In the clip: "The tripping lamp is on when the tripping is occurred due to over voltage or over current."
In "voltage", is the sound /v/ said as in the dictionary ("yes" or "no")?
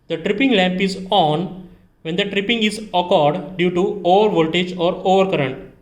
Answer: yes